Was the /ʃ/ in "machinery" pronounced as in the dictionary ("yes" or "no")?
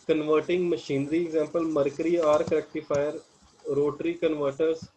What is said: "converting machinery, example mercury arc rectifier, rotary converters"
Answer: yes